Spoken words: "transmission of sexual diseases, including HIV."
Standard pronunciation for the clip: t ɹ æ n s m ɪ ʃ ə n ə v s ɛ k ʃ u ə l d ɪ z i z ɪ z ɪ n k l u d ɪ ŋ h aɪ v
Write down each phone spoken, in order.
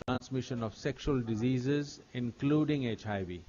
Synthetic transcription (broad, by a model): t ɹ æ n s m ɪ ʃ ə n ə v s ɛ k ʃ u ə l d ɪ z i z ɪ z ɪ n k l u d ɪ ŋ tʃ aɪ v